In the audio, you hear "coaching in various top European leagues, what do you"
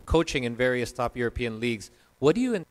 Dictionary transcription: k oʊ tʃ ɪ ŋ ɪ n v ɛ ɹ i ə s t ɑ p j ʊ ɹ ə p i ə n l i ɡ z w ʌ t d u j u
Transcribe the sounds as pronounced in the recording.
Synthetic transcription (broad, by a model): k oʊ tʃ ɪ ŋ ɪ n v ɛ ɹ i ə s t ɑ p j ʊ ɹ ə p i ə n l i ɡ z w ʌ t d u j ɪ